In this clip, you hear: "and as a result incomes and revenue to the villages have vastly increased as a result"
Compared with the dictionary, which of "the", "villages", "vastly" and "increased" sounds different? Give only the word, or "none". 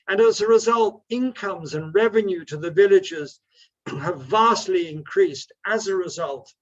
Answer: none